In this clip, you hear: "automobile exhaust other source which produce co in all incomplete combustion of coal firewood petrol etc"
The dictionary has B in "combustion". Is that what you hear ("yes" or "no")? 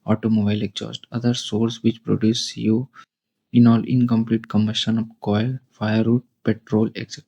no